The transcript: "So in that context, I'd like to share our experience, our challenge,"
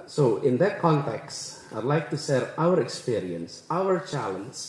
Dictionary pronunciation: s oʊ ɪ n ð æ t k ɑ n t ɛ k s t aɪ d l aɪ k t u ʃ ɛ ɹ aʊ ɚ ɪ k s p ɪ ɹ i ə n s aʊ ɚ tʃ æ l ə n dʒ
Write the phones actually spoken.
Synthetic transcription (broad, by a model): s oʊ ɪ n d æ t k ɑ n t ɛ k s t aɪ d l aɪ k t u s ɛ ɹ aʊ ɚ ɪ k s p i ɹ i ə n s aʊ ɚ tʃ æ l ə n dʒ